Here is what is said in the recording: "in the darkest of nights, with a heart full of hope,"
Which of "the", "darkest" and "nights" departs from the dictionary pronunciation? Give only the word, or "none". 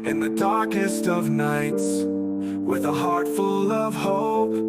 none